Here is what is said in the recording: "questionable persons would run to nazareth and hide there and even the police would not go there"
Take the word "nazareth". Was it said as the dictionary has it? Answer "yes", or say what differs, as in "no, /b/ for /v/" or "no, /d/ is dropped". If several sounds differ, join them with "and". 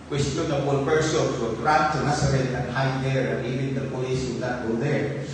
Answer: no, /s/ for /z/